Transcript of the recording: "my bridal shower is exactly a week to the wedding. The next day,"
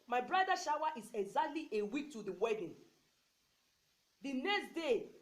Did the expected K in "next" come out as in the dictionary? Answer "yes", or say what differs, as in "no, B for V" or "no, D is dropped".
yes